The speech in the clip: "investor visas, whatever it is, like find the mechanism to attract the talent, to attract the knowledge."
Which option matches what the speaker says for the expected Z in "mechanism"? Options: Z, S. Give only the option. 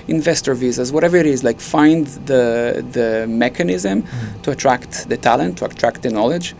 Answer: Z